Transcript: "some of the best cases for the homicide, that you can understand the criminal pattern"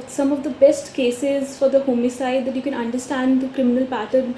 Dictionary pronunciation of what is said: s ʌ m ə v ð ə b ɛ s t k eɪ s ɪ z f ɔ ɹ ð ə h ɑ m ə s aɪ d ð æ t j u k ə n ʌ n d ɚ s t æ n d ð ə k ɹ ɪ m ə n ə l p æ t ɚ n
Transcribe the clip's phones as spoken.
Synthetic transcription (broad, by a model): s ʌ m ə v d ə b ɛ s t k eɪ s ɪ z f ɔ ɹ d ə h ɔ m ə s aɪ d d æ t j u k ə n ʌ n d ɚ s t æ n d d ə k ɹ ɪ m ə n ə l p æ t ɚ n